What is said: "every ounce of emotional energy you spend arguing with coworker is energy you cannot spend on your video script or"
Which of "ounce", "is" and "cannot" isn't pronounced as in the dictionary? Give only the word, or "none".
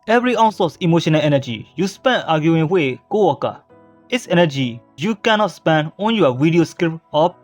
is